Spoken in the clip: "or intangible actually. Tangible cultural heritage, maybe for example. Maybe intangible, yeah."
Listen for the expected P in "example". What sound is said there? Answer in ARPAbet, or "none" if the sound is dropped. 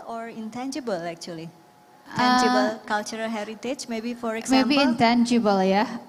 none